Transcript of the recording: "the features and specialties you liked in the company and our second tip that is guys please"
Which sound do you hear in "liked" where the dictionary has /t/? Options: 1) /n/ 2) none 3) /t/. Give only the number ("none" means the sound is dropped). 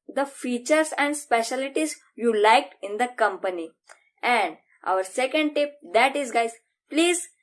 2